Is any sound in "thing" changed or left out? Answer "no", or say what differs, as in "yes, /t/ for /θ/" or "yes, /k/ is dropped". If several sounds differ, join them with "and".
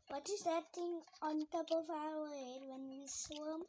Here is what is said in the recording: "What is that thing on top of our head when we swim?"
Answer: yes, /t/ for /θ/